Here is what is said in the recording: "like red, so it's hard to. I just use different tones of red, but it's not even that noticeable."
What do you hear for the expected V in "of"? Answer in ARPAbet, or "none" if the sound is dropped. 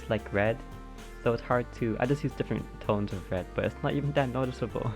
V